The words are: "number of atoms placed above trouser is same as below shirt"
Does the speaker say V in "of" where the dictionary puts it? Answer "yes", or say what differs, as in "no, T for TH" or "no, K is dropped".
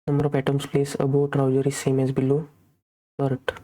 no, P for V